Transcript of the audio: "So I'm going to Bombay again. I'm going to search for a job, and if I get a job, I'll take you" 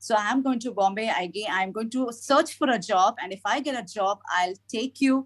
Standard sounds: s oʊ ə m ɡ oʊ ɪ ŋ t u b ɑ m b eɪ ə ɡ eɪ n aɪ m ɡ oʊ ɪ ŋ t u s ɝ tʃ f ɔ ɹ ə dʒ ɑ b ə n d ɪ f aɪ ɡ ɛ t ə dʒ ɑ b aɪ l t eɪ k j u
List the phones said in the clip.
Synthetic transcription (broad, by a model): s oʊ ə m ɡ oʊ ɪ ŋ t u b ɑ m b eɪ ə ɡ eɪ n aɪ m ɡ oʊ ɪ ŋ t u s ɝ tʃ f ɔ ɹ ə dʒ ɑ b ə n d ɪ f aɪ ɡ ɛ t ə dʒ ɑ b aɪ l t eɪ k j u